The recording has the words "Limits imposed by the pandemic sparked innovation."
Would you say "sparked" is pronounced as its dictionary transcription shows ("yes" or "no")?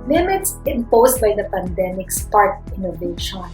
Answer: no